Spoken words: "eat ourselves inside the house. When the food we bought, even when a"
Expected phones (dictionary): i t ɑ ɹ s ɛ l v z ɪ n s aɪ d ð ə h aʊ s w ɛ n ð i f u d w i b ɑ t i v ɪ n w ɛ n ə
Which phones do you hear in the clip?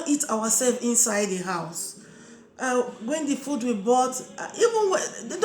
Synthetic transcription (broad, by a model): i t ɑ w s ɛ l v ɪ n s aɪ d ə h aʊ s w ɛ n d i f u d w i b ɑ t i v ɪ n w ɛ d